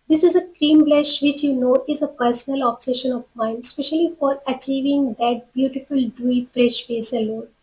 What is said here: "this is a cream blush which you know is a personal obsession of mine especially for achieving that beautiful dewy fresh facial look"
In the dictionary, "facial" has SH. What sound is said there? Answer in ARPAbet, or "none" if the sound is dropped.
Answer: S